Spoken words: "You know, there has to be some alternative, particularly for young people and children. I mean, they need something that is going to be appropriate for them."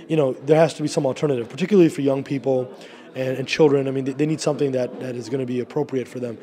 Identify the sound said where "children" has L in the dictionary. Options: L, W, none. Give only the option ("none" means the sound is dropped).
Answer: L